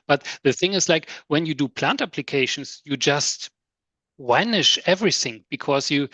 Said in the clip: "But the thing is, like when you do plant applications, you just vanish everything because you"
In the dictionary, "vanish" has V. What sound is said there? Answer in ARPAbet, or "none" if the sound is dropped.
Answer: W